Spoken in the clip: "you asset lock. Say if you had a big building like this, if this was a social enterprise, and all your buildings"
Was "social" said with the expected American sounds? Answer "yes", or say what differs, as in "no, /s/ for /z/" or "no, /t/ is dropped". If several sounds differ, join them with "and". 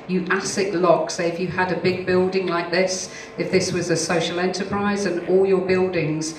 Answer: yes